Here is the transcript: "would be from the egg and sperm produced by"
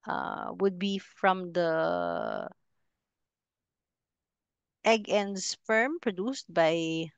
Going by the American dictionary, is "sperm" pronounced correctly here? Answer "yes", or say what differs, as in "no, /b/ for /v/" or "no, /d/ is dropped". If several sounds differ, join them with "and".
no, /f/ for /p/